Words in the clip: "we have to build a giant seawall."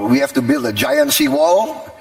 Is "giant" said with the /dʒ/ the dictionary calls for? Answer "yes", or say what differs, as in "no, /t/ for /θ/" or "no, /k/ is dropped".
yes